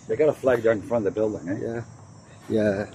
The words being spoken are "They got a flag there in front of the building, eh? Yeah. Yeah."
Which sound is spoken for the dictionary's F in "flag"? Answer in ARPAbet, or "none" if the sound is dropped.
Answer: F